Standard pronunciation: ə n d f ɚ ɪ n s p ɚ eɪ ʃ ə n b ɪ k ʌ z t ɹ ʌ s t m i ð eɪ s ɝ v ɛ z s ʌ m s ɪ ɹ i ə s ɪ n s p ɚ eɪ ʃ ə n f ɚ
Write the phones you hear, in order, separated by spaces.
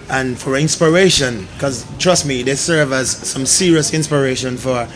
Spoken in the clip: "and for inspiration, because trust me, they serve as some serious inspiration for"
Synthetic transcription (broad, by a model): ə n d f ɚ ɪ n s p ɚ eɪ ʃ ə n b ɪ k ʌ z t ɹ ʌ s t m i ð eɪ s ɝ v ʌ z s ʌ m s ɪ ɹ i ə s ɪ n s p ɚ eɪ ʃ ə n f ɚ